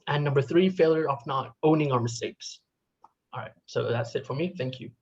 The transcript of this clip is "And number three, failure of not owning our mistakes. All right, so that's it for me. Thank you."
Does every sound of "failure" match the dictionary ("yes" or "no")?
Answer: yes